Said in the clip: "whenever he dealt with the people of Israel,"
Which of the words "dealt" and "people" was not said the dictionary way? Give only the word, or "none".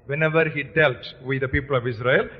none